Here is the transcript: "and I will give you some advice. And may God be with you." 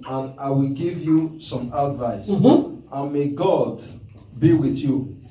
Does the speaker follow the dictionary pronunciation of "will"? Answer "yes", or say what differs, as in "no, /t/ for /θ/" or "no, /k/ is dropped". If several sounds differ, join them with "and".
yes